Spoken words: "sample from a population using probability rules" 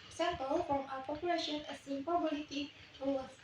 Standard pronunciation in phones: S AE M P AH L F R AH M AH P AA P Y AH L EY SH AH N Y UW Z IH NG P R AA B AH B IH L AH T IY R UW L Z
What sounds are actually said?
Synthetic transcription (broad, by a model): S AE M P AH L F R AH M AH P AA P Y AH L EY SH AH N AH S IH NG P AA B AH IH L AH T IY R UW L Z